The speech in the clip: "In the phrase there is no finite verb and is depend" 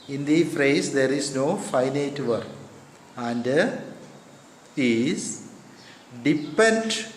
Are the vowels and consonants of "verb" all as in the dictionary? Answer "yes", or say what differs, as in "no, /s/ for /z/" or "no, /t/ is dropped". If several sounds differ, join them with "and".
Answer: no, /b/ is dropped